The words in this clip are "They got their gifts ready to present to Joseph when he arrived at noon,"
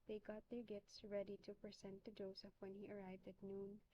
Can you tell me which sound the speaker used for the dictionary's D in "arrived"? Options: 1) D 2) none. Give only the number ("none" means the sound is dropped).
1